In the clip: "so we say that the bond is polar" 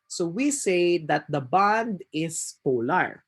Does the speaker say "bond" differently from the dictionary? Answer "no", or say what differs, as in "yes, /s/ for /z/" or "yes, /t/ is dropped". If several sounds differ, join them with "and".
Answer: no